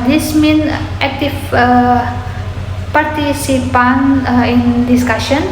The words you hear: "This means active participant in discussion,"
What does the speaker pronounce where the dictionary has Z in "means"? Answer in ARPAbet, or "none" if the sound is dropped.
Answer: none